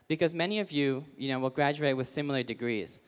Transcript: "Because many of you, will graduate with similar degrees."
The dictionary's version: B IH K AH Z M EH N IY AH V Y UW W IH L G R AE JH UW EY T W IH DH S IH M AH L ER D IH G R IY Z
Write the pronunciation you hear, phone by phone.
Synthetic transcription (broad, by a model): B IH K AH Z M EH N IY AH V Y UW W IH L G R AE JH UW EY T W IH DH S IH M L ER D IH G R IY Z